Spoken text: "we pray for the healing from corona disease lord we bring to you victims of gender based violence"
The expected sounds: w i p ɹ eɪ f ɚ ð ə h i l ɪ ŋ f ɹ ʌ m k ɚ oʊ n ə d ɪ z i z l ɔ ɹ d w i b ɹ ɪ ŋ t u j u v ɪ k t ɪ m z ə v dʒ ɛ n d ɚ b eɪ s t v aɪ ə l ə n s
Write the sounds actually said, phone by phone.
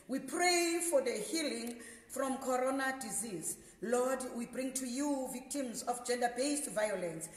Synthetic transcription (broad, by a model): w i p ɹ eɪ f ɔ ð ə h i l ɪ ŋ f ɹ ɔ m k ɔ oʊ n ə d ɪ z i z l ɔ d w i b ɹ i ŋ t u j u v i k t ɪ m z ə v dʒ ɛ n d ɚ b eɪ s t v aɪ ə l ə n s